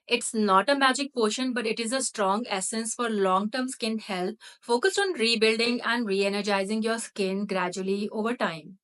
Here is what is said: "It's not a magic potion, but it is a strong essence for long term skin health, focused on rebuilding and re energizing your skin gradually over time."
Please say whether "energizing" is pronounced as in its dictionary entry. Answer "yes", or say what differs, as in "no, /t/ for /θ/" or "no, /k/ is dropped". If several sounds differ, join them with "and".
yes